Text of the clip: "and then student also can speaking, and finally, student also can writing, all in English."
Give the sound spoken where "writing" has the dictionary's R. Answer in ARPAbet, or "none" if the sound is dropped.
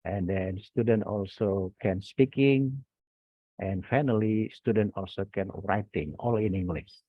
R